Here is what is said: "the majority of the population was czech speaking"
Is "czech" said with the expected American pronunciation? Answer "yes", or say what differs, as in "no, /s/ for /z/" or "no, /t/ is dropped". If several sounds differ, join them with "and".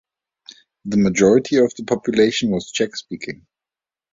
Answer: yes